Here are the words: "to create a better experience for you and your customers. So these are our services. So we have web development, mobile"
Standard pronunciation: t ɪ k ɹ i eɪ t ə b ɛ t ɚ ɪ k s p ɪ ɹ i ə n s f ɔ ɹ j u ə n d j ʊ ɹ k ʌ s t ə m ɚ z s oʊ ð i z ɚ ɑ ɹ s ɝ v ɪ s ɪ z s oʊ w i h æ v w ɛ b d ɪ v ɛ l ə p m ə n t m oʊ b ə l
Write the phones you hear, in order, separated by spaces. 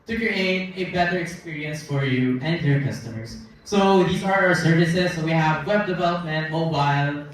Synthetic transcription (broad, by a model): t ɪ k ɹ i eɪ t ə b ɛ t ɚ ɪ k s p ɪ ɹ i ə n s f ɔ ɹ j u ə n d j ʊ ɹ k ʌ s t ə m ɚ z s oʊ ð i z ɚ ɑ ɹ s ɝ v ɪ s ɪ z s oʊ w i h æ v w ɛ b d ɪ v ɛ l ə p m ə n t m oʊ b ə l